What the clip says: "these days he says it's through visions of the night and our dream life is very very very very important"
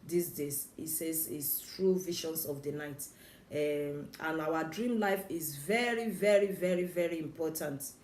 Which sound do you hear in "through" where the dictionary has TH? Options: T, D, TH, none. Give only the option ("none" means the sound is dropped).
T